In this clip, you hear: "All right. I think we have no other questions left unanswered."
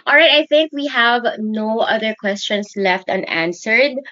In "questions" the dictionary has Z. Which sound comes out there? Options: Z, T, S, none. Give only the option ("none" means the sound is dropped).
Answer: S